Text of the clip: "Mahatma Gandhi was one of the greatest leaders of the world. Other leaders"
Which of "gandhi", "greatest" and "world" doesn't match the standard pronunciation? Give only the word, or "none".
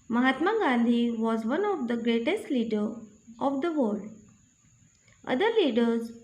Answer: world